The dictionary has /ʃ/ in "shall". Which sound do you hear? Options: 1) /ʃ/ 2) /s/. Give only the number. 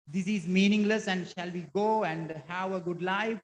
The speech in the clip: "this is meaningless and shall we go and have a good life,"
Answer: 1